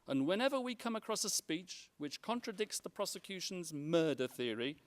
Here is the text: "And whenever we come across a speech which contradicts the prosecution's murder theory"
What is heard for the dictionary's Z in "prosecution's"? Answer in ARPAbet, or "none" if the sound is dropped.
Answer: Z